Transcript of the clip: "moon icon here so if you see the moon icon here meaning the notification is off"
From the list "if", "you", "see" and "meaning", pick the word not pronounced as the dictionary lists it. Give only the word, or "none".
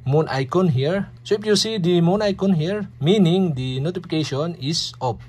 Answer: if